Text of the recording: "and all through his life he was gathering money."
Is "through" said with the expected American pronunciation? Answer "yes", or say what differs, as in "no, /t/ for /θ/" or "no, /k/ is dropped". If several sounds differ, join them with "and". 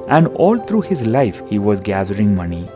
no, /t/ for /θ/